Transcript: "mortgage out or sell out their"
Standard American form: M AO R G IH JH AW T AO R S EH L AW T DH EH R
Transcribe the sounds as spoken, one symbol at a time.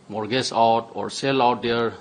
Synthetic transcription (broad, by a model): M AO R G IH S AW T AO R S EH L AW T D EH R